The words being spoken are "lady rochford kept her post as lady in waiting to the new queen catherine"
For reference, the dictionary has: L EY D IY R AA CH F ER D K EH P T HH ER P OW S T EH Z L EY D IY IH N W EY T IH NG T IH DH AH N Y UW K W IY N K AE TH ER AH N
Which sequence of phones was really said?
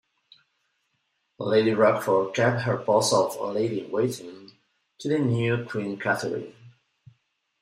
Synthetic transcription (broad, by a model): L EY D IY R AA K F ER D K EH P T HH ER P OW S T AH L EY D IY W EY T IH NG T IH DH AH N Y UW K W IY N K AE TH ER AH